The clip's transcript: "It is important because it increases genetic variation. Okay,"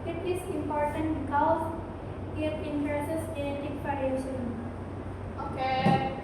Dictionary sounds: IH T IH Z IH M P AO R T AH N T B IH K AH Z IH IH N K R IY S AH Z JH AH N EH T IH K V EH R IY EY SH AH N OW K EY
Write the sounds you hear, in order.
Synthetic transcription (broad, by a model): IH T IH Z IH M P AO R T AH N T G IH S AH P IH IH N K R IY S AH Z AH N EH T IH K F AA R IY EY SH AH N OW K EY